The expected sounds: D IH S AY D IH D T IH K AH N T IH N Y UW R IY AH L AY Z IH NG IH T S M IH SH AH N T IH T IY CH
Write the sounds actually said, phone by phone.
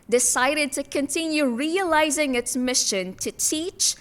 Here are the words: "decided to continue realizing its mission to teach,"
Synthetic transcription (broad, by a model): D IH S AY D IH D T IH K AH N T IH N Y UW R IY AH L AY Z IH NG IH T S M IH SH AH N T IH T IY CH